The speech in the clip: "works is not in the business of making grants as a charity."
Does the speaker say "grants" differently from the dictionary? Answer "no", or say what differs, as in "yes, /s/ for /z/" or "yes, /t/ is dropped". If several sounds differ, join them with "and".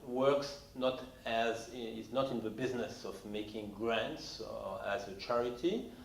no